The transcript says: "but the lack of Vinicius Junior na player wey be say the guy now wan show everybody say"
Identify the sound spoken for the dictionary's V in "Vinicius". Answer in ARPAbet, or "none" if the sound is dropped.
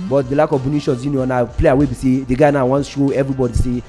B